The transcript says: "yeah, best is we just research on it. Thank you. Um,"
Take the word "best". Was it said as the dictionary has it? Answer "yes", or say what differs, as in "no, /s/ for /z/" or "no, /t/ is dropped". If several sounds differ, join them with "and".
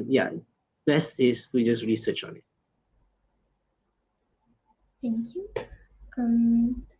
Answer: no, /t/ is dropped